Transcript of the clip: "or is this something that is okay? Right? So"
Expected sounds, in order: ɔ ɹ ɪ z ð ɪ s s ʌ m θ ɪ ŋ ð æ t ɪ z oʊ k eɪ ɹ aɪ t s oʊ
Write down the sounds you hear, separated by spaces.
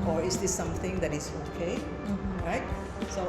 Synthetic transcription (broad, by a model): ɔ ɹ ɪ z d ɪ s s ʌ m t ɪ ŋ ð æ t ɪ z oʊ k eɪ ɹ aɪ t s oʊ